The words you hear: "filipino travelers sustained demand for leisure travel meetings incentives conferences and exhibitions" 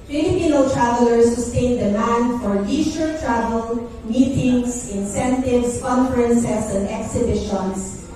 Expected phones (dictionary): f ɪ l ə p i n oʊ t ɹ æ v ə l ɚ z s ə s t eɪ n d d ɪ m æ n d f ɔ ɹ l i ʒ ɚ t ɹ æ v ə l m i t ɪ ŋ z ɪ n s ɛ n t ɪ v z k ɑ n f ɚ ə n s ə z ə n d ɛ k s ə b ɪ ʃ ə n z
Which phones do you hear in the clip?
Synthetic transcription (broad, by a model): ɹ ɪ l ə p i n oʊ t ɹ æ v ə l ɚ s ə s t eɪ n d d ɪ m æ n d f ɔ ɹ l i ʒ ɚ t ɹ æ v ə l m i t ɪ ŋ s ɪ n s ɛ n t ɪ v s k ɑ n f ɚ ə n s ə s ə n d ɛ k s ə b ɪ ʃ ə n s